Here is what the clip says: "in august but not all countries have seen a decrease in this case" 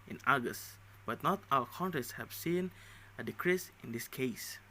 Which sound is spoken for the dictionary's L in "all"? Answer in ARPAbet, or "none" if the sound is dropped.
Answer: W